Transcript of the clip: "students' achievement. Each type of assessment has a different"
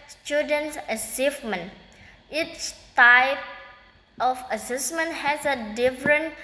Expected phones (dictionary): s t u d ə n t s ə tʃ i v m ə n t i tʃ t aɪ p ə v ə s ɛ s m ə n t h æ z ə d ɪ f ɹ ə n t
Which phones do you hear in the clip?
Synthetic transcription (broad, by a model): s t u d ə n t s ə s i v m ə n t i tʃ t aɪ p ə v ə s ɛ s m ə n t h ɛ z ə d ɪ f ɹ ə n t